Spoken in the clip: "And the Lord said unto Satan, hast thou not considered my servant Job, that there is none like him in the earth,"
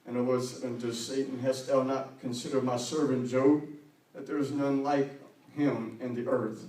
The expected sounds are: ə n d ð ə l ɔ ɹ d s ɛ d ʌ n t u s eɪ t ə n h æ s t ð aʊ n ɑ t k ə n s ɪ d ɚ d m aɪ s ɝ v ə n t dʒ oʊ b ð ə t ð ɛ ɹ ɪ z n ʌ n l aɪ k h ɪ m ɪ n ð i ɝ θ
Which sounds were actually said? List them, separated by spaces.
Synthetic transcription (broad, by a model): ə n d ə w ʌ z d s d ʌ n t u s eɪ t n h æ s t ð aʊ n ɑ t k ə n s ɪ d ɚ d m aɪ s ɝ v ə n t dʒ oʊ b ð ə t ð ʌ ɹ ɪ z n ʌ n l aɪ k h ɪ m ɪ n ð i ɝ θ